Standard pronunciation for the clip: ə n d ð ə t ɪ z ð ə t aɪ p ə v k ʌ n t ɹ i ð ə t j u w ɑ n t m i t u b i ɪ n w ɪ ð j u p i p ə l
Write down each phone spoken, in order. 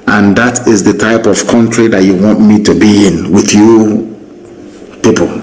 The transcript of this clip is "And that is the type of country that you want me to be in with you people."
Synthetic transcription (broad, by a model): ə n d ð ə t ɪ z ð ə t aɪ p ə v k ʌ n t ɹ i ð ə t j u w ɑ n t m i t u b i ɪ n w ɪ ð j u p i p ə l